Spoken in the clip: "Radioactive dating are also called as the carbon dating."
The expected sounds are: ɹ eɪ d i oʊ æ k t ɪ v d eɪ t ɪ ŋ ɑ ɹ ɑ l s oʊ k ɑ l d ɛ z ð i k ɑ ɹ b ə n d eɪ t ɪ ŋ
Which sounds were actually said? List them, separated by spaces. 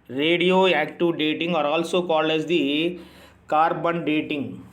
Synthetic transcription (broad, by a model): ɹ eɪ d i oʊ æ k t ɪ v d eɪ t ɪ ŋ ɑ ɹ ɑ l s oʊ k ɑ l ɛ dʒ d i k ɑ ɹ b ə n d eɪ t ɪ ŋ